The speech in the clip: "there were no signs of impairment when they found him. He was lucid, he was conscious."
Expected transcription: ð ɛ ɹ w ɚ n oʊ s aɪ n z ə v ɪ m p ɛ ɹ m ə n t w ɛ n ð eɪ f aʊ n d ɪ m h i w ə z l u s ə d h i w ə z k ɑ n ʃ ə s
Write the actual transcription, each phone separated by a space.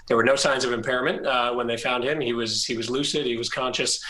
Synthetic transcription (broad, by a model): ð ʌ ɹ w ɚ n oʊ s aɪ n z ə v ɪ m p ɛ ɹ m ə n t w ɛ n ð eɪ f aʊ n d ɪ m h i w ə z l u s ə d h i w ə z k ɑ n ʃ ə s